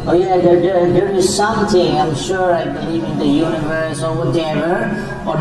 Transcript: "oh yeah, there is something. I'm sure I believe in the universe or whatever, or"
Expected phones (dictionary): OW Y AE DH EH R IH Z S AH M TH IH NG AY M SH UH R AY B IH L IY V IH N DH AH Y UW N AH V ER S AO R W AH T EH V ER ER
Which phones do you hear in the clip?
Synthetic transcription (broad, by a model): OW Y AE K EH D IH S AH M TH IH NG AY M SH UH R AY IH IY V IH N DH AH Y UW N AH V ER S AO R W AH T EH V ER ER